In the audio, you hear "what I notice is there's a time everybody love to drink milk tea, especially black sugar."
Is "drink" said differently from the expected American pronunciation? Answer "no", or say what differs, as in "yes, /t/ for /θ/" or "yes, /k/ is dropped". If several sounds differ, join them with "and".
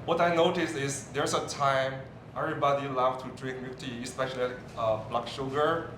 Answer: no